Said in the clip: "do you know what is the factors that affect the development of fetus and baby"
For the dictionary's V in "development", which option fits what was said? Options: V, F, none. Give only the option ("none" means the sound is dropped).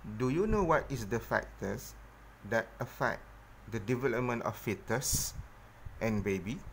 V